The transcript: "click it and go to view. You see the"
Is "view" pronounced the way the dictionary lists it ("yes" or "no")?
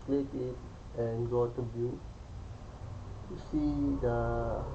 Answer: no